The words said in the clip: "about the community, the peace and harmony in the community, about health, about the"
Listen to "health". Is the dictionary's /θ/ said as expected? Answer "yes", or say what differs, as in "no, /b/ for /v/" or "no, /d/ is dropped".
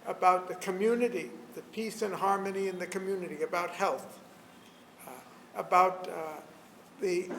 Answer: yes